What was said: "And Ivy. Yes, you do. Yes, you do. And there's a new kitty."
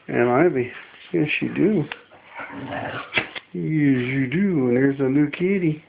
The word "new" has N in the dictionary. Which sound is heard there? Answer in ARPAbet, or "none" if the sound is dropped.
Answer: L